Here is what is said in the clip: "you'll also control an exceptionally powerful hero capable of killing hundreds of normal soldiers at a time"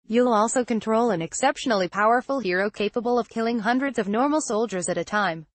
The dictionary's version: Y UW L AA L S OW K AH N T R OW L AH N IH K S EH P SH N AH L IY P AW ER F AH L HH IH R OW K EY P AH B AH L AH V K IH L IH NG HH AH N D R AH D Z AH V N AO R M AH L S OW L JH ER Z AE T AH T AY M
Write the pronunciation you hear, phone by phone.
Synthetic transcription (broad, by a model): Y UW L AA L S OW K AH N T R OW L AH N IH K S EH P SH N L IY P AW ER F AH L HH IH R OW K EY P AH B AH L AH V K IH L IH NG HH AH N D R AH D Z AH V N AO R M L S OW L JH ER Z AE T AH T AY M